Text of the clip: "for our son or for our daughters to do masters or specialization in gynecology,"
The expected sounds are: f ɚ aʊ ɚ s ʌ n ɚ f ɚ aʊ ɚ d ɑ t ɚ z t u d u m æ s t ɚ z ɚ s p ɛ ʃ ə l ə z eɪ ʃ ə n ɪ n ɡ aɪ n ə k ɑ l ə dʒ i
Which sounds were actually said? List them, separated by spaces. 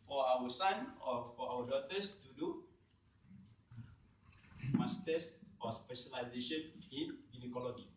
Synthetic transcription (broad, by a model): f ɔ aʊ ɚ s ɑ n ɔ f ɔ aʊ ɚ d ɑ t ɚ s t u d u m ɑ s t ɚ s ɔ s p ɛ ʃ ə l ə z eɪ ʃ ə n ɪ n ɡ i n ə k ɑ l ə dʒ i